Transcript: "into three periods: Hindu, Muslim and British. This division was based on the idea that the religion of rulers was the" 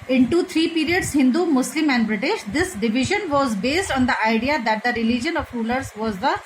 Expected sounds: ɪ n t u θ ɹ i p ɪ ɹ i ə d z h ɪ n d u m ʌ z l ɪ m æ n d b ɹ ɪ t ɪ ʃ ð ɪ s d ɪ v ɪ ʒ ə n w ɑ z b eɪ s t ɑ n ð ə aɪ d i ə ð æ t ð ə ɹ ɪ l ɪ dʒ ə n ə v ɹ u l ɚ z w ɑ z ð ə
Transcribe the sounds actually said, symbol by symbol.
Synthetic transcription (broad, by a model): ɪ n t u t ɹ i p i ɹ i ə d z h ɪ n d u m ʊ s l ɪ m æ n d b ɹ ɪ t ɪ ʃ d ɪ s d ɪ v ɪ ʒ ə n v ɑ z b eɪ s t ɑ n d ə aɪ d i ə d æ t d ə ɹ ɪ l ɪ dʒ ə n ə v ɹ u l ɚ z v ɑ z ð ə